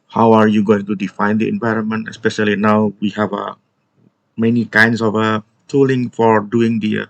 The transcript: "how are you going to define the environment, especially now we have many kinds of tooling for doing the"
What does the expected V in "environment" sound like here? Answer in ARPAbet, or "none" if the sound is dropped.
V